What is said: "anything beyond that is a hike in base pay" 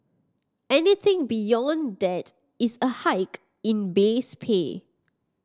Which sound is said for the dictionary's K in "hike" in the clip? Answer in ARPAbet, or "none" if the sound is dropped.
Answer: K